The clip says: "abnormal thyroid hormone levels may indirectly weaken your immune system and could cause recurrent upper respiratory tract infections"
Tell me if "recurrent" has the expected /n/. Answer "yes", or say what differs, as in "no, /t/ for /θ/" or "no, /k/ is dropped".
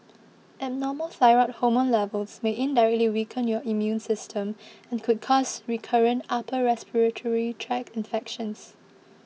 yes